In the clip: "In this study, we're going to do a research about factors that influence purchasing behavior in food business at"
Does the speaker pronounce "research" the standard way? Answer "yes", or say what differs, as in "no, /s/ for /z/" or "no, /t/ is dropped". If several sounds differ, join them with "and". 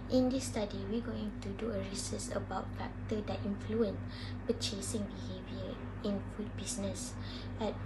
no, /s/ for /tʃ/